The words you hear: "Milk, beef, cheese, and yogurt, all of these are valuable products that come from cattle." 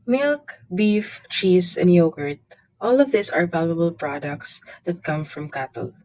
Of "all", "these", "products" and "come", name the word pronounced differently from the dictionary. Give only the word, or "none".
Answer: these